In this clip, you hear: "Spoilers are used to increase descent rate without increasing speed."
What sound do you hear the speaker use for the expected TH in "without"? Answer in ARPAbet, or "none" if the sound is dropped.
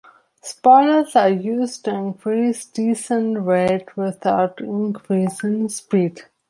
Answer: T